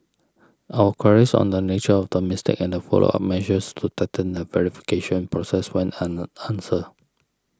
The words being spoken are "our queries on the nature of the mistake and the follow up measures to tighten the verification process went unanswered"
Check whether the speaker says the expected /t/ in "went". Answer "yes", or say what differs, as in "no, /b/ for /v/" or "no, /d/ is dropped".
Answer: no, /t/ is dropped